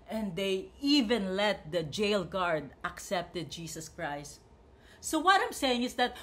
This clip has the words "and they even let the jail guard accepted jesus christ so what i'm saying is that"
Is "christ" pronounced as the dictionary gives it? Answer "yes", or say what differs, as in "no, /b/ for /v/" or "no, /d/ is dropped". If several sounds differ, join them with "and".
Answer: yes